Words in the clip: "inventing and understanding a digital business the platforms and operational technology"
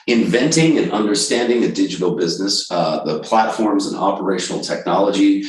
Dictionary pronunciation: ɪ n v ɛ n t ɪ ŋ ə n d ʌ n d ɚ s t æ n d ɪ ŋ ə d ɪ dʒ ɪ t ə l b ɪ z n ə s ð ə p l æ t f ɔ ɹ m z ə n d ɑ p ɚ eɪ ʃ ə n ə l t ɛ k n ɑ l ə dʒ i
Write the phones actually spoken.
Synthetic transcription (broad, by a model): ɪ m v ɛ n t ɪ ŋ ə n ʌ n d ɚ s t æ n d ɪ ŋ ə d ɪ dʒ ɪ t l b ɪ z n ə s ð ə p l æ t f ɔ ɹ m z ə n ɑ p ɚ eɪ ʃ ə n l t ɛ k n ɑ l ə dʒ i